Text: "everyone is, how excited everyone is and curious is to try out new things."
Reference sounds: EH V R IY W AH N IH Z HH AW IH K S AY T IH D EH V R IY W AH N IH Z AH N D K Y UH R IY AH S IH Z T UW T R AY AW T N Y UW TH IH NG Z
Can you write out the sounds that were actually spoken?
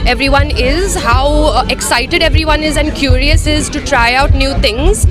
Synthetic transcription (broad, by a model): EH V R IY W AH N IH Z HH AW IH K S AY T IH D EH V R IY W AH N IH Z AH N D K Y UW R IY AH S IH Z T UW T R AY AW T N Y UW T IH NG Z